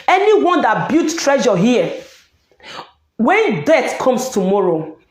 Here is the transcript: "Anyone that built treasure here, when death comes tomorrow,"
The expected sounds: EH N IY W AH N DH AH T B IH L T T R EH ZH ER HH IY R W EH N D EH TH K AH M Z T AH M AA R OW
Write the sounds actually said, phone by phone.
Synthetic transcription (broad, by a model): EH N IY W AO N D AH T B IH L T T R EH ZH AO HH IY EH W EH N D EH T K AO M S T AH M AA R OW